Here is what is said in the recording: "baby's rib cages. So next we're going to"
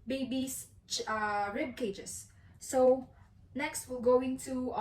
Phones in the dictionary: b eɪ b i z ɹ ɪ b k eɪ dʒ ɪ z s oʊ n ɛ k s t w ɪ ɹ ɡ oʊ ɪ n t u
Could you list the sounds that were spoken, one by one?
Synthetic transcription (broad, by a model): b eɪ b i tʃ ɹ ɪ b k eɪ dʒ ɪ s oʊ n ɛ k s t w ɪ l ɡ oʊ ɪ n t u